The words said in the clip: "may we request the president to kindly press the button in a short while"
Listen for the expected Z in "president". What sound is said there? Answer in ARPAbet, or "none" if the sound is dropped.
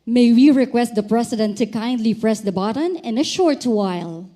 S